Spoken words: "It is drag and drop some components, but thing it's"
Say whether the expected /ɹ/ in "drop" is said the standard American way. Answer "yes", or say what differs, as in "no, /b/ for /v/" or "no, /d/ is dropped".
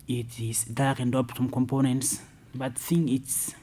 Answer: no, /ɹ/ is dropped